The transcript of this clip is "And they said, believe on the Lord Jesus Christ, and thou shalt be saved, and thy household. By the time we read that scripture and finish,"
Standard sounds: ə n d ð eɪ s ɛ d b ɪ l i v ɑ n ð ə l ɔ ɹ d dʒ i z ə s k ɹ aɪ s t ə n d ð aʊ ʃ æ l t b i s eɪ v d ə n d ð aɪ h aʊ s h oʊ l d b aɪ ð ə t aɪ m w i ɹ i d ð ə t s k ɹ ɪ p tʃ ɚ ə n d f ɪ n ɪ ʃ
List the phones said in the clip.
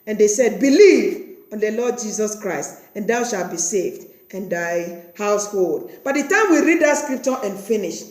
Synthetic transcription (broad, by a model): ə n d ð eɪ s ɛ d b ɪ l i v ɑ n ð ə l ɔ d dʒ i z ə s k ɹ aɪ s t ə n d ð aʊ ʃ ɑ l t b i s eɪ v d ə n d aɪ h aʊ s h oʊ l d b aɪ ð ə t aɪ m w i ɹ i d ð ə t s k ɹ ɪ p tʃ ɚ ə n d f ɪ n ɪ ʃ